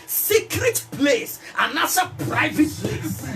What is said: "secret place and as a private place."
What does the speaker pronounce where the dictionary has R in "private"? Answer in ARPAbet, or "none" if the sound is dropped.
R